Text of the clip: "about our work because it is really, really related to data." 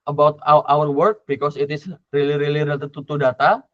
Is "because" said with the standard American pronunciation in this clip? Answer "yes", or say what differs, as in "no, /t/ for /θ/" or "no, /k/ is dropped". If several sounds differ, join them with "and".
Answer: no, /s/ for /z/